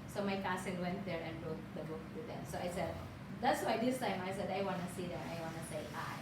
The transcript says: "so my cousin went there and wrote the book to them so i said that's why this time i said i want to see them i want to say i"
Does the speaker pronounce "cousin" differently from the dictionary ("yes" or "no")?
yes